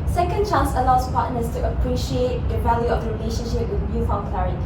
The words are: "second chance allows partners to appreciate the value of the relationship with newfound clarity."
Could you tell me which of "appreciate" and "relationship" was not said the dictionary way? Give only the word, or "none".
none